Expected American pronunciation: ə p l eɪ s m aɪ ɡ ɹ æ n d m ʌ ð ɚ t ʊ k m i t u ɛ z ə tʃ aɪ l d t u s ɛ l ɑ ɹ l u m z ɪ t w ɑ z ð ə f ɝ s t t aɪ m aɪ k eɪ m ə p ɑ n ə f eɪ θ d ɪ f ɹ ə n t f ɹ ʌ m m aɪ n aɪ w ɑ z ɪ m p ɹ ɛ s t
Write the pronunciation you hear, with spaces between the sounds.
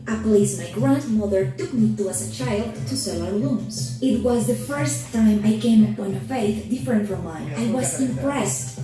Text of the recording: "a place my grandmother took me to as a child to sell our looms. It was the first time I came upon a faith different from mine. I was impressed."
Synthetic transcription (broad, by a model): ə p l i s m aɪ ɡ ɹ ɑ n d m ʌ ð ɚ t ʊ k m i t u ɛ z ə tʃ aɪ l d t u s ɛ l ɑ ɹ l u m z ɪ t w ɑ z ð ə f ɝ s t t aɪ m aɪ k eɪ m ə p ɑ n ə f eɪ θ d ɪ f ɹ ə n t f ɹ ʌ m m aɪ aɪ w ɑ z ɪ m p ɹ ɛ s t